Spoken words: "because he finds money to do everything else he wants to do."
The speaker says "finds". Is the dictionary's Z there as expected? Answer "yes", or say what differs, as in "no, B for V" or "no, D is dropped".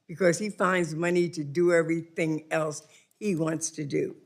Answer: yes